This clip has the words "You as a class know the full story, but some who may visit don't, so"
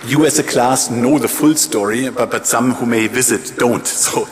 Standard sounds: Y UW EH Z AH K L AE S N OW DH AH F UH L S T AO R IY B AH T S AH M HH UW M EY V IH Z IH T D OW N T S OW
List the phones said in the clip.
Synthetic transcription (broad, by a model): Y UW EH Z AH K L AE S N OW DH AH F UH L S T AO R IY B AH T S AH M HH UW M EY V IH Z IH T D OW N T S OW